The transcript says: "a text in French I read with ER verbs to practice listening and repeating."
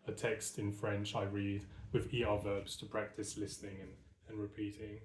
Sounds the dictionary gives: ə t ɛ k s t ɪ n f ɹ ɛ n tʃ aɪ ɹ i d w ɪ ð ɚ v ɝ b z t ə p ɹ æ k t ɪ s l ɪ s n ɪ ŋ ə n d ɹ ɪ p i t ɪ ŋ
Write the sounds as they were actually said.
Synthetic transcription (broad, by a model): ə t ɛ k s t ɪ n f ɹ ɛ n tʃ aɪ ɹ i d w ɪ ð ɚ v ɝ b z t ə p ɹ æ k t ɪ s l ɪ s n ɪ ŋ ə n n ɹ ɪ p i t ɪ ŋ